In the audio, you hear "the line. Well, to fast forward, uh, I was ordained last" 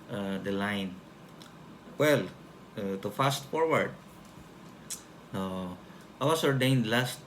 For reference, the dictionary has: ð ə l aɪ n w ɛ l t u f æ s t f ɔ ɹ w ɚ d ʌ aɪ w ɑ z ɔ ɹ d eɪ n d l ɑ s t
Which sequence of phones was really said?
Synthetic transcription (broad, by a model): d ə l aɪ n w ɛ l t u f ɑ s t f ɔ ɹ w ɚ d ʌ aɪ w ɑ s ɔ ɹ d eɪ n d l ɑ s t